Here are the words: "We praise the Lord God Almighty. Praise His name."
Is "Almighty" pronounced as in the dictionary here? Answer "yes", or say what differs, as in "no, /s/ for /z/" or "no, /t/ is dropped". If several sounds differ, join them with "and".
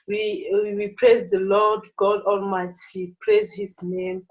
yes